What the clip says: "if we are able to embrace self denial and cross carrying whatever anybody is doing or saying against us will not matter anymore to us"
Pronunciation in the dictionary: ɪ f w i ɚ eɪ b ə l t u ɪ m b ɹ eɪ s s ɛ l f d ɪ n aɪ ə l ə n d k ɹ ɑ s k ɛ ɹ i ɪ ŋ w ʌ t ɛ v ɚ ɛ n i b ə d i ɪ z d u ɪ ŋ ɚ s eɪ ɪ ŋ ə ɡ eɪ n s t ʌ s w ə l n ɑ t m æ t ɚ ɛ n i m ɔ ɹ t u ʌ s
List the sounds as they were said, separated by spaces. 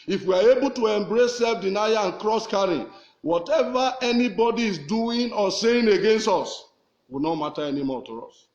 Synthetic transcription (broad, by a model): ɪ f w i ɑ eɪ b ə l t u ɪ m b ɹ eɪ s s ɛ l f d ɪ n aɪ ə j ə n k ɹ ɑ s k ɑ ɹ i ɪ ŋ w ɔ t ɛ v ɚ ɛ n i b ə d i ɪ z d u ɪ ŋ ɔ s eɪ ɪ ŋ ə ɡ eɪ n s t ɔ s w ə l n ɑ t m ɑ t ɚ ɛ n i m ɔ t u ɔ s